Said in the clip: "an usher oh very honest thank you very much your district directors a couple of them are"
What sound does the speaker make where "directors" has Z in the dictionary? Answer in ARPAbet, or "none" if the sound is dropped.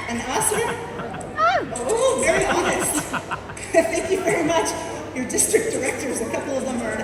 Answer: Z